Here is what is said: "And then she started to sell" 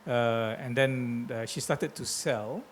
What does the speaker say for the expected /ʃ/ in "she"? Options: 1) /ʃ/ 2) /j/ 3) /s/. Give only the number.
1